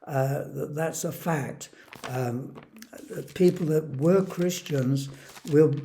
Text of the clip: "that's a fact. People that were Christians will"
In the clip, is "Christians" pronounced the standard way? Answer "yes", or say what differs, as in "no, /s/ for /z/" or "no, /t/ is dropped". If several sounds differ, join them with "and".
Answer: yes